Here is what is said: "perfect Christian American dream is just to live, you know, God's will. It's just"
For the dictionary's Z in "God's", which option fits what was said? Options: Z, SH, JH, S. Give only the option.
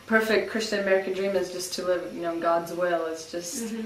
Z